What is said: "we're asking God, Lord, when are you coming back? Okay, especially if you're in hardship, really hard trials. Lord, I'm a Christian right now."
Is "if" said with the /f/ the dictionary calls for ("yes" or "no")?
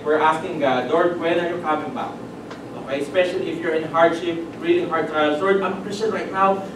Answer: yes